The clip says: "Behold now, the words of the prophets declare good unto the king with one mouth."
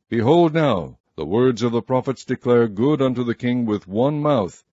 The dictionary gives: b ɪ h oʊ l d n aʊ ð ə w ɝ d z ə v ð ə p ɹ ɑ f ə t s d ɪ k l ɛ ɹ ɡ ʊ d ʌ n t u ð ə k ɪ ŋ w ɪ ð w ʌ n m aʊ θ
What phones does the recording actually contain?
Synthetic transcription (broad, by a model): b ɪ h oʊ l d n aʊ ð ə w ɝ d z ə v ð ə p ɹ ɑ f ə t s d ɪ k l ɛ ɹ ɡ ʊ d ʌ n t u ð ə k ɪ ŋ w ɪ ð w ʌ n m aʊ θ